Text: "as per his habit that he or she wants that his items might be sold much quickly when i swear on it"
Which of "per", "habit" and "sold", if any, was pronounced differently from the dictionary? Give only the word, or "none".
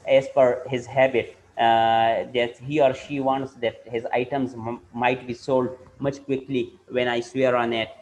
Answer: per